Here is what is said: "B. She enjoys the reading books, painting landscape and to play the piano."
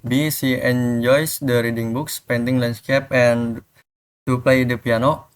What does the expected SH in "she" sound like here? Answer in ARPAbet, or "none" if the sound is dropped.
S